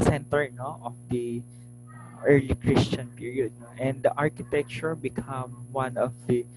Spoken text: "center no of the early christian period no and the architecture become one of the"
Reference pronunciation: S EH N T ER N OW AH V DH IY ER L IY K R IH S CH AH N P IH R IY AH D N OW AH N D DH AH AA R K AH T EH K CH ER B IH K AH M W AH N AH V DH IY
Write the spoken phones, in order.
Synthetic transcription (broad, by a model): S EH N T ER N OW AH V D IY ER L IY K R IH S CH AH N P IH R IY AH D N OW AH N D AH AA R K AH T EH K CH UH B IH K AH M W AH N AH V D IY